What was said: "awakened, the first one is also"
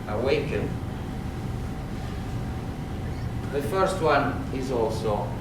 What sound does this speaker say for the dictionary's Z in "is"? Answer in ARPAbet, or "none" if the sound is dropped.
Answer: Z